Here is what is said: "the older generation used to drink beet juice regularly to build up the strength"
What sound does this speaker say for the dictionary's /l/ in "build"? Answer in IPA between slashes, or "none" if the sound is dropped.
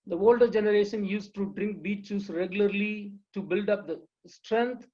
/l/